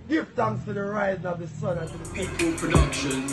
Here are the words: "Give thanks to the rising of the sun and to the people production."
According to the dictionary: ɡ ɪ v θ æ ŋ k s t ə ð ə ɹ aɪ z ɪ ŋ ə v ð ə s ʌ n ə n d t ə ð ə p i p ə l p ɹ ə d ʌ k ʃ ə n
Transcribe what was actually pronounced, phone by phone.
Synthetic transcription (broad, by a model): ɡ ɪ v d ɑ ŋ s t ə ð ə ɹ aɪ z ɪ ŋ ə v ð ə s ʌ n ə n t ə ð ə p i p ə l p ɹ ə d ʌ k ʃ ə n